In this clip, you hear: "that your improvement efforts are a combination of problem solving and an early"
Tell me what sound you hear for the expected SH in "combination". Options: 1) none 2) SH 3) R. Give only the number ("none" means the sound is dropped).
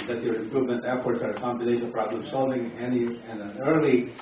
1